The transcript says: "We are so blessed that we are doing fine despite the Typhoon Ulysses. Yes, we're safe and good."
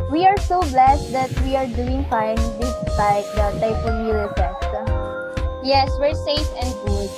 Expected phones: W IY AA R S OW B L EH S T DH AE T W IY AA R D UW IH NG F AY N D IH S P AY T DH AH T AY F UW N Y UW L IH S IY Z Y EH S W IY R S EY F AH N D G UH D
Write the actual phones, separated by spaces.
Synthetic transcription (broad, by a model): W IY AA R S OW B L EH S T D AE T W IY AA R D UW IH NG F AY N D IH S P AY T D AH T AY P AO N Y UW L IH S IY S Y EH S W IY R S EY F AH N D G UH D